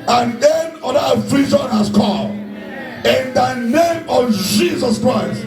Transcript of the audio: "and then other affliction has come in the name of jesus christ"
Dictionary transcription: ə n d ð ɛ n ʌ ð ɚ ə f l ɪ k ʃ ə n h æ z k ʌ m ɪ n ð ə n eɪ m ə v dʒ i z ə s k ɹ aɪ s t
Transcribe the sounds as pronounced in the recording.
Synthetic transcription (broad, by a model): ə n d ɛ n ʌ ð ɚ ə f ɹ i ʃ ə n h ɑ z k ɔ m ɪ n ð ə n eɪ m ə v dʒ i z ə s k ɹ aɪ s t